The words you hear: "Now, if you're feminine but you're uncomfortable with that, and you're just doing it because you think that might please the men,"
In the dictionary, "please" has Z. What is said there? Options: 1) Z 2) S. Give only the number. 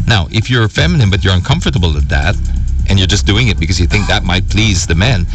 1